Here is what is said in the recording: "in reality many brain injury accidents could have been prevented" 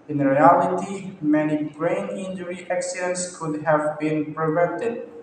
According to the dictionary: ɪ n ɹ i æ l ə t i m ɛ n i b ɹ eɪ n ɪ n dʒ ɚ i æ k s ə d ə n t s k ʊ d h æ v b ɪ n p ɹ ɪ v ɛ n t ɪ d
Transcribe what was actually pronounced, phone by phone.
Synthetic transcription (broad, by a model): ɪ n ɹ i æ l ə t i m ɛ n i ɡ ɹ eɪ n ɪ n dʒ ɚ i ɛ k s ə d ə n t s k ʊ d h æ v b ɪ n p ɹ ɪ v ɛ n t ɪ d